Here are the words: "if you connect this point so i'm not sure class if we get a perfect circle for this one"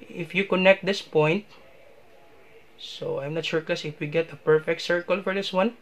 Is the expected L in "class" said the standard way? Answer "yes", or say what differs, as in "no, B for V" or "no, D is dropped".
no, L is dropped